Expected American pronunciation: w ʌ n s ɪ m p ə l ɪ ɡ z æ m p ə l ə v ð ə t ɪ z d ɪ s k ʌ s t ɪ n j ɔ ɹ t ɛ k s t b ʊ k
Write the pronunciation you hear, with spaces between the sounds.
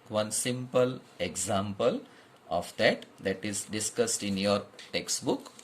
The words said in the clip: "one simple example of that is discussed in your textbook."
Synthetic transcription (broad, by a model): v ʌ n s ɪ m p ə l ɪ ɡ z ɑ m p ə l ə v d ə t ɪ z d ɪ s k ʌ s t ɪ n j ɔ ɹ t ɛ k s t b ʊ k